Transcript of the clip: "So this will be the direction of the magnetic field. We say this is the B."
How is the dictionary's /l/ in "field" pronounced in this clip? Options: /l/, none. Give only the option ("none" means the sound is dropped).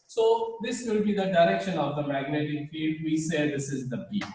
none